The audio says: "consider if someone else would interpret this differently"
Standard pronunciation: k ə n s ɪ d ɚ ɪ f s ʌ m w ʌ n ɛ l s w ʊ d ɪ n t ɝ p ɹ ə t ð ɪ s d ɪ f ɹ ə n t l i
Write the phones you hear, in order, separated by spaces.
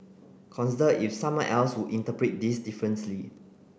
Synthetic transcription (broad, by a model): k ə n s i d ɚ ɪ f s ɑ m w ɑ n ɛ l s w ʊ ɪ n t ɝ p ɹ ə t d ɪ s d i f ɹ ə n s l i